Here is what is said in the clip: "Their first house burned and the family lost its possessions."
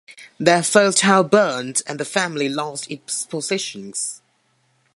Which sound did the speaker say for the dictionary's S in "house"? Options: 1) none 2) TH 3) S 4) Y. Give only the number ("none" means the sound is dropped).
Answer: 1